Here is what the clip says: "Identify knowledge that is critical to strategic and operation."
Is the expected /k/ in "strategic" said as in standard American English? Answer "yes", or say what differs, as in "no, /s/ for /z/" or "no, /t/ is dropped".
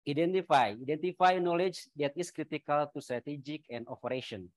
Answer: yes